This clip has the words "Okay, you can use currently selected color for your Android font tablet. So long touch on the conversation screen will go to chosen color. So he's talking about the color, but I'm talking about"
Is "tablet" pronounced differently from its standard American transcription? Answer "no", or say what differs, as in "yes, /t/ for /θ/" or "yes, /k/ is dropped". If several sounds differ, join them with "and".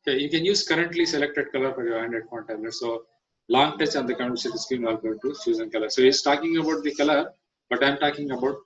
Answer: yes, /b/ is dropped